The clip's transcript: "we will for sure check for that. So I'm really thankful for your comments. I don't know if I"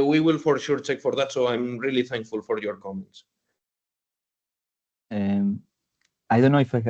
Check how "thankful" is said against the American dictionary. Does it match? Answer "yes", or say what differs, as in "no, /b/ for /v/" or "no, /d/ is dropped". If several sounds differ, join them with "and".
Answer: yes